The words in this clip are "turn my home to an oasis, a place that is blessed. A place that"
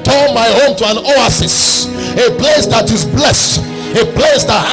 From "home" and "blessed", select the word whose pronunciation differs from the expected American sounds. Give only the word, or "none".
none